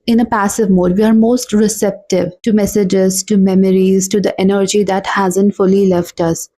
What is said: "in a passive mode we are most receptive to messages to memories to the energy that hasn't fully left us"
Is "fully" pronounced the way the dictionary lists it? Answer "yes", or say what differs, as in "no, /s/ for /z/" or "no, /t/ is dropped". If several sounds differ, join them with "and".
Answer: yes